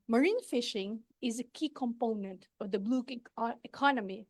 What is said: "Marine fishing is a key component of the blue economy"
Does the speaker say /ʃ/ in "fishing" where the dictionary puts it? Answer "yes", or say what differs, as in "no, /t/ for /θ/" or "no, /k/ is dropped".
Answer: yes